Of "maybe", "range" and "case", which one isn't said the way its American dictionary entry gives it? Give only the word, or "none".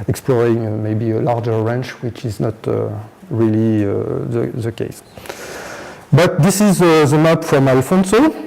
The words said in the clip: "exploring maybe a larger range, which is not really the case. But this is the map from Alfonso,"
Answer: range